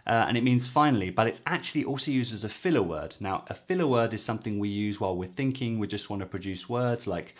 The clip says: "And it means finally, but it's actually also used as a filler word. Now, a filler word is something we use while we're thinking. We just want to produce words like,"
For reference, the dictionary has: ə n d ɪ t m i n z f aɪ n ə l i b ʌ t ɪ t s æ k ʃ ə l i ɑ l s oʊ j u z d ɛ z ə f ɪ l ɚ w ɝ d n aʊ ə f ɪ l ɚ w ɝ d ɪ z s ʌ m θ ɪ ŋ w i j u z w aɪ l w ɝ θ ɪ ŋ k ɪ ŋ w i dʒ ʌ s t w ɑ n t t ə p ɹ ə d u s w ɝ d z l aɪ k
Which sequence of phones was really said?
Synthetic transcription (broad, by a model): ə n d ɪ t m i n z f aɪ n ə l i b ʌ t ɪ t s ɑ k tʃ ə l i ɑ l s oʊ j u z d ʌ z ə f ɪ l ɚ w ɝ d n aʊ ə f ɪ l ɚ w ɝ d ɪ z s ʌ m θ ɪ ŋ w i j u z w aɪ l w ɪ θ ɪ ŋ k ɪ ŋ w i dʒ ʌ s t w ɑ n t t ə p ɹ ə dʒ u s w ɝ d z l aɪ k